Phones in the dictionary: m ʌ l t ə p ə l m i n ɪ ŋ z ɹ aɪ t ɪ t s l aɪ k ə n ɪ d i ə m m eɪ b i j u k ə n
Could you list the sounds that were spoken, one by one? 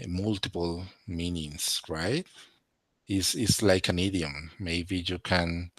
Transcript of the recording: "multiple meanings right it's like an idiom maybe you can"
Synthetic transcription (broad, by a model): m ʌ l t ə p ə l m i n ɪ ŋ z ɹ aɪ t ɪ s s l aɪ k ə n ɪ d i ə m m eɪ b i j u k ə n